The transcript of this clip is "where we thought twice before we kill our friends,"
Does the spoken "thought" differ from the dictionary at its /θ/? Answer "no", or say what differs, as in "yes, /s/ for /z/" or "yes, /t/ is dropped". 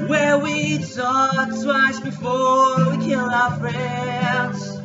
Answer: yes, /s/ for /θ/